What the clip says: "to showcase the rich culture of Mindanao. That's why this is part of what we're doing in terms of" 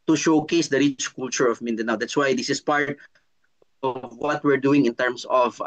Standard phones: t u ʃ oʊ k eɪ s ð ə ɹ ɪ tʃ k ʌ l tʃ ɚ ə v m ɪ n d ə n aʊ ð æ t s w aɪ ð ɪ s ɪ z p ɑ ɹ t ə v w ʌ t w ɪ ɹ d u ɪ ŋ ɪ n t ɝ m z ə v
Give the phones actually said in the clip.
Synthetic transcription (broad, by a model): t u ʃ oʊ k eɪ s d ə ɹ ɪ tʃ k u l tʃ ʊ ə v m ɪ n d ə n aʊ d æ t s w aɪ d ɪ s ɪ s p ɑ ɹ t ə v w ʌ t w ɪ ɹ d u ɪ ŋ ɪ n t ɝ m s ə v